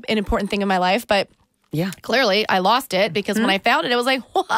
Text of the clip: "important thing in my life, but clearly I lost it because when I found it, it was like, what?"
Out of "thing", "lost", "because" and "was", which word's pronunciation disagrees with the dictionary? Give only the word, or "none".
none